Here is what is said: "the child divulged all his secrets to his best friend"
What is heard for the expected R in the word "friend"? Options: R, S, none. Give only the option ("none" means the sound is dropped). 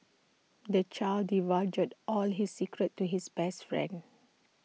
R